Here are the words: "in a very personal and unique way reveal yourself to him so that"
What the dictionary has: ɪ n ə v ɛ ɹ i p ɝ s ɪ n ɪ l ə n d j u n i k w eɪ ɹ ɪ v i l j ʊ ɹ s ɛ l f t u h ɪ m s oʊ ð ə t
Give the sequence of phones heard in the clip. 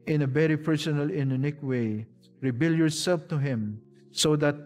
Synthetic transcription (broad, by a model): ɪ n ə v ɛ ɹ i p ɝ s ɪ n ɪ l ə n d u n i k w eɪ ɹ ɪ b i l j ʊ ɹ s ɛ l f t u h ɪ m s oʊ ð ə t